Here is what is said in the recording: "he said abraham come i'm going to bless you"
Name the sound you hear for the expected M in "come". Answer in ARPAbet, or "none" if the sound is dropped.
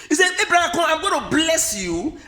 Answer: none